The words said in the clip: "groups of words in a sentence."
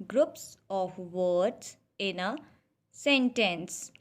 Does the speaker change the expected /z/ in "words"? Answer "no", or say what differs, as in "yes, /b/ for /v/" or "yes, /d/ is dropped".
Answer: yes, /s/ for /z/